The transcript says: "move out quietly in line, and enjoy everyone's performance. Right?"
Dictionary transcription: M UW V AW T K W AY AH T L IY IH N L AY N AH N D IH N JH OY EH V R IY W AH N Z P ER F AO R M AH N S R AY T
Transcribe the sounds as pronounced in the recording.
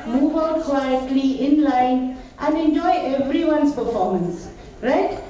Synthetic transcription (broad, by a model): M UW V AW K W AY AH T L IY IH N L AY N AH N D IH N JH OY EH V R IY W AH N S P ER F AO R M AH N S R AY T